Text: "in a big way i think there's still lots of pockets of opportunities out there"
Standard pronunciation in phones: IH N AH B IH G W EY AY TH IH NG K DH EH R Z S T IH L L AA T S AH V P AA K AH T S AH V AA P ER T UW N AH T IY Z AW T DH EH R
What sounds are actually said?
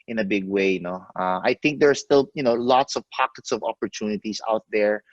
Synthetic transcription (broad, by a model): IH N AH B IH G W EY AY TH IH NG K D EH R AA S T IH L L AA T S AH V P AA K AH T S AH V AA P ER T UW N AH T IY S AW T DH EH R